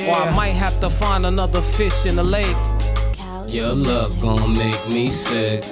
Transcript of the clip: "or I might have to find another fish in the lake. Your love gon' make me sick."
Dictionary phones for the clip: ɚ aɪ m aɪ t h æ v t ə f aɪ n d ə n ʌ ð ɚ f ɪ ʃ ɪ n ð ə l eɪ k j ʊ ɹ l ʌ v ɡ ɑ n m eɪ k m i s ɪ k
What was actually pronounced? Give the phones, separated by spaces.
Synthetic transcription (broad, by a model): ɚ aɪ m aɪ t h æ f t ə f aɪ n d ə n ʌ ð ɚ f ɪ ʃ ɪ n ð ə l eɪ k j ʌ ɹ l ʌ v ɡ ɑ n m eɪ k m i s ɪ k